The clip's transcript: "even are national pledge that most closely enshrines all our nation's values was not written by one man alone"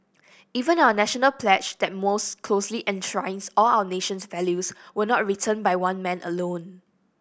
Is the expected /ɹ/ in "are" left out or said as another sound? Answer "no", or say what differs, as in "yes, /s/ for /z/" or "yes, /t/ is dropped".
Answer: yes, /w/ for /ɹ/